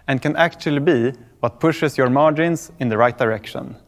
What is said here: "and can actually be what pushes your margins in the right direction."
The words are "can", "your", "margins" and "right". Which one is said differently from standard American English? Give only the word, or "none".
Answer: margins